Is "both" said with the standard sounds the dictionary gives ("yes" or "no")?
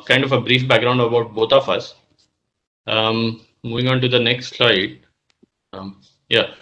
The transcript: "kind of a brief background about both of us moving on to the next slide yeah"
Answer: no